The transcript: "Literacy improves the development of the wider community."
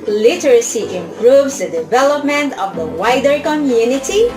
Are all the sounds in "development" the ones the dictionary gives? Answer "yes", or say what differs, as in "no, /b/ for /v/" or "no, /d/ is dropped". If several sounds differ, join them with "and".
yes